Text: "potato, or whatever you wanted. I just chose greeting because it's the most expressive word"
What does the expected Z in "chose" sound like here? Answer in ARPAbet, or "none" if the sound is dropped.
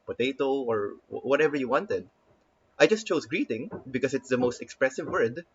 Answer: S